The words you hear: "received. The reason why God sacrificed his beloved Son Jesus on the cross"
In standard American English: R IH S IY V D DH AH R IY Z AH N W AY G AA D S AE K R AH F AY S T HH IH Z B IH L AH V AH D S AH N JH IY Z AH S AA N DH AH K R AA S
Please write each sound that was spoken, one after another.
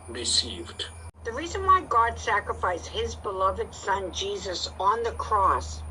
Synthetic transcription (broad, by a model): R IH S IY V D DH AH R IY Z AH N W AY G AA D S AE K R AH F AY S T HH IH Z B IH L AH V AH D S AH N JH IY Z AH S N DH AH K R AA S